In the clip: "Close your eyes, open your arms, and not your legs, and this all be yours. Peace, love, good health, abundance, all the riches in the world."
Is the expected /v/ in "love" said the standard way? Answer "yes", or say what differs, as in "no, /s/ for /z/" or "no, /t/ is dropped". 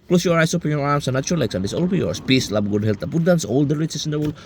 no, /b/ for /v/